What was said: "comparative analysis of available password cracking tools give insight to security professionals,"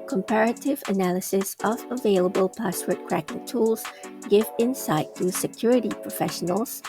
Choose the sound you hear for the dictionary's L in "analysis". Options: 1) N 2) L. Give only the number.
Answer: 2